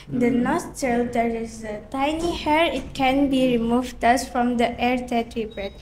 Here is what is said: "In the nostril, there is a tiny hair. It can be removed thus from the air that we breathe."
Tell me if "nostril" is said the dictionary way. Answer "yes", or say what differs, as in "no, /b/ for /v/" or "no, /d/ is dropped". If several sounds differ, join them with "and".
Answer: no, /ɹ/ is dropped